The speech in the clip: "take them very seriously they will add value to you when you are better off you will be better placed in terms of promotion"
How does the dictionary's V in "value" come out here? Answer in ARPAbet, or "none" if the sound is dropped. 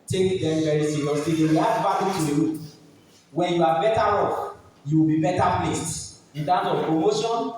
B